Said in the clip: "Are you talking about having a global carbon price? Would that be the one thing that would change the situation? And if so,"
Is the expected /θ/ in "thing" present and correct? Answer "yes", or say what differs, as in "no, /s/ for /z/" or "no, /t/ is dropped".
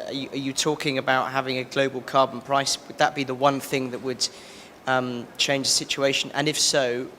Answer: yes